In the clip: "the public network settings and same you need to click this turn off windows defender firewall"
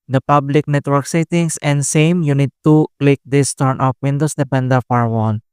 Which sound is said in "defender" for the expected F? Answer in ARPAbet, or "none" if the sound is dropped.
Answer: P